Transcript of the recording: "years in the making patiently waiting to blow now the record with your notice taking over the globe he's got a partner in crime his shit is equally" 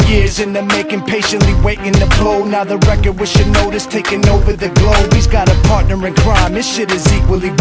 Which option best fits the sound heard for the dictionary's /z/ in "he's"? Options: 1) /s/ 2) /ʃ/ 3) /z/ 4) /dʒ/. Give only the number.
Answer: 3